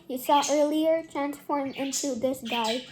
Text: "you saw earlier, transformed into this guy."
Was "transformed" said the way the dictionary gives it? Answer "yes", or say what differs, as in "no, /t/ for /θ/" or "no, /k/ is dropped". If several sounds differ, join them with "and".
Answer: no, /d/ is dropped